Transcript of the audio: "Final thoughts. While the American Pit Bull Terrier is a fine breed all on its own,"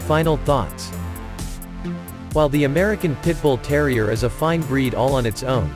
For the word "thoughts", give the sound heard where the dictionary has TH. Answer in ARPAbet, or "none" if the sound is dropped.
TH